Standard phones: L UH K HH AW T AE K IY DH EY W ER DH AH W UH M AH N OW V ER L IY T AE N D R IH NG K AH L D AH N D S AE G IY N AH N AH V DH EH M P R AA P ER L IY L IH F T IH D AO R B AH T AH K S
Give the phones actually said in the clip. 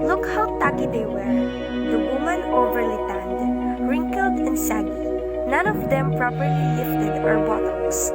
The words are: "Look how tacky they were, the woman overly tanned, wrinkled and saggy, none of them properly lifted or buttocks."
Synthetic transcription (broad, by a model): L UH K HH AW T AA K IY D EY W ER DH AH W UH M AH N OW V ER L IY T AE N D R IH NG K AH L D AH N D S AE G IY N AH N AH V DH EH M P R AA P ER L IY L IH F T IH D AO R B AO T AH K S